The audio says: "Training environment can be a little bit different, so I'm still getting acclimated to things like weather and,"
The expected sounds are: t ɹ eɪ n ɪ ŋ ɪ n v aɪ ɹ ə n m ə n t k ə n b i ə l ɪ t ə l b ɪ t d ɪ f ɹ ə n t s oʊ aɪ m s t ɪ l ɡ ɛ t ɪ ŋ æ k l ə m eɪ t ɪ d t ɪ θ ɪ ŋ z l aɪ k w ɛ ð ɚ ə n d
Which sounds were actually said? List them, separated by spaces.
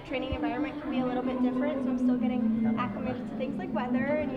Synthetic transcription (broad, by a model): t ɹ eɪ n ɪ ŋ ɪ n v aɪ ɹ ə n m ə n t k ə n b i ə l ɪ t l b ɪ t d ɪ f ɹ ə n t s oʊ aɪ m s t ɪ l ɡ ɛ t ɪ ŋ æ k ə m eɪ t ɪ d t ɪ θ ɪ ŋ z l aɪ k w ɛ ð ɚ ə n